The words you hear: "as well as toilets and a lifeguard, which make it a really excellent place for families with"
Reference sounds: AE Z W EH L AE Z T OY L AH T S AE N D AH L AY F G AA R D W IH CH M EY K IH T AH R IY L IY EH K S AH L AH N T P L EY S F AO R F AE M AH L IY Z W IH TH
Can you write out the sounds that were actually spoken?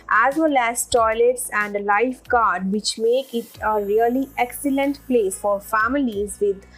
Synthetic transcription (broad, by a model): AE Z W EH L AE Z T OY L AH T S AE N D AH L AY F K AA R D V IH CH M EY K IH T AH R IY L IY EH K S AH L AH N T P L EY F AO R F AE M AH L IY Z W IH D